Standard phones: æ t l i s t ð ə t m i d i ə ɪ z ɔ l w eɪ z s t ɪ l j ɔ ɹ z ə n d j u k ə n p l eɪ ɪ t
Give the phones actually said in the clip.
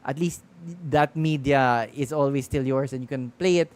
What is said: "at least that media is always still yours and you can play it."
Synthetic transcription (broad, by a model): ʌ t l i s t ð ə t m i d i ə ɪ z ɔ l w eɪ s t ɪ l j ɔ ɹ s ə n j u k ə n p l eɪ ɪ t